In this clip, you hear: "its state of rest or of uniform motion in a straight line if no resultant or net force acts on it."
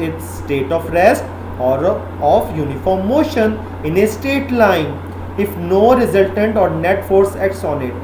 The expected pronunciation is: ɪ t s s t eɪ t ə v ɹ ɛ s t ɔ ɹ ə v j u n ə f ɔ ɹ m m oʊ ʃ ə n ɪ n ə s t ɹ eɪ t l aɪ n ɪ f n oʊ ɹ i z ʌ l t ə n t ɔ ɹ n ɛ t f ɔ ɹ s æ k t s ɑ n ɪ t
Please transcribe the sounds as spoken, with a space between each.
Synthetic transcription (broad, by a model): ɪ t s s t eɪ t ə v ɹ ɛ s t ɔ ɹ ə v j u n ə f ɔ ɹ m m oʊ ʃ ə n ɪ n ə s t eɪ t l aɪ n ɪ f n oʊ ɹ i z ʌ l t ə n t ɔ ɹ n ɛ t f ɔ ɹ s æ k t s ɑ n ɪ t